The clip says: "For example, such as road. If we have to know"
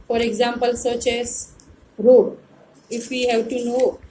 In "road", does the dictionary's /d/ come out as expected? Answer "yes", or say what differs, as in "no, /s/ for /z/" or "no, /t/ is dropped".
no, /d/ is dropped